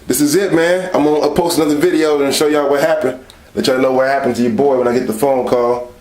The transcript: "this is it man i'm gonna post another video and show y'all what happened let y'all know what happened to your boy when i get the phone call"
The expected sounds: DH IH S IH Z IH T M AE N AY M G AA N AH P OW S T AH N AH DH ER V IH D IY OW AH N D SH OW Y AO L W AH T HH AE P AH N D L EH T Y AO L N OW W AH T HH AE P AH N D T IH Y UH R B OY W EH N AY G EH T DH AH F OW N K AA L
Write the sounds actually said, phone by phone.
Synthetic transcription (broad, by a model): DH IH S IH Z IH T M AE N AY M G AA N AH P OW S T AH N AH DH ER V IH D IY OW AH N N SH OW Y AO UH W AH T HH AE P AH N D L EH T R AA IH N OW W AH T HH AE P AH N T IH Y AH R B OY W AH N AY G EH T DH AH F OW N K AA L